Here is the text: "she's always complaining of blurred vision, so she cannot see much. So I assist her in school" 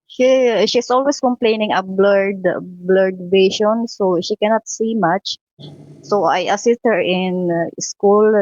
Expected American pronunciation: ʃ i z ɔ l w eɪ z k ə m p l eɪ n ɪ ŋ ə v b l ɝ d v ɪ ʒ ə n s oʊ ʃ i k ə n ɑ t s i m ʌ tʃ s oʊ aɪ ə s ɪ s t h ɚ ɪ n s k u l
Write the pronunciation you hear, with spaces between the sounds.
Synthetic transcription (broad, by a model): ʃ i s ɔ l w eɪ s k ə m p l eɪ n ɪ ŋ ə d b l ɝ d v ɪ ʃ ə n s oʊ ʃ i k ə n ɑ t s i m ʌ tʃ s oʊ aɪ ə s ɪ s t h ɚ ɪ n s k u l